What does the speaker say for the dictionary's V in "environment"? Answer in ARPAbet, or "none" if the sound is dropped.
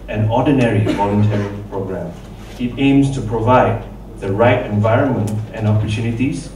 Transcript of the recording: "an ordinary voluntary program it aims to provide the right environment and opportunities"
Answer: V